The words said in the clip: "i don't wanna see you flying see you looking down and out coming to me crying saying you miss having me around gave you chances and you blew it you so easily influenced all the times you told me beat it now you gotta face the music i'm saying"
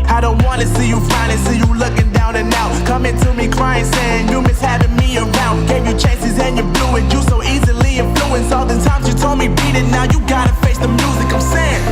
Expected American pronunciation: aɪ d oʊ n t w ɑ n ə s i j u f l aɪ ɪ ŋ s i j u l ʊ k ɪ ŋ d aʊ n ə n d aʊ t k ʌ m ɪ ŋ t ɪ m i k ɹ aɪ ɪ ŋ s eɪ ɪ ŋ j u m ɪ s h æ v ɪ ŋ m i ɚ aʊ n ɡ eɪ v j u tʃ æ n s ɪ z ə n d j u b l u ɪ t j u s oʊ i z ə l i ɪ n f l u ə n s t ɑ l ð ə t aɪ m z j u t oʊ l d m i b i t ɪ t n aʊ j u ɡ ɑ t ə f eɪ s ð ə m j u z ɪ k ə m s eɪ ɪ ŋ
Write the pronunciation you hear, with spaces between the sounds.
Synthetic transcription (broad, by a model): aɪ d oʊ n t w ɑ n ə s i j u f aɪ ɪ s i j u l ʊ k ɪ ŋ d aʊ n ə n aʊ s k ʌ m ɪ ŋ t ɪ m i k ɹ aɪ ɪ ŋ s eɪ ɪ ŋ j u m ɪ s h æ v ɪ ŋ m i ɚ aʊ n ɡ eɪ v j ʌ tʃ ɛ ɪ s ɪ z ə n j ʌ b l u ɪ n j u s oʊ i z ə l i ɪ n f l u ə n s ɑ l ð ə t aɪ m z j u t oʊ l d m i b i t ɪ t n aʊ j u ɡ ɑ t ə f eɪ s ð ə m j u z ɪ k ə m s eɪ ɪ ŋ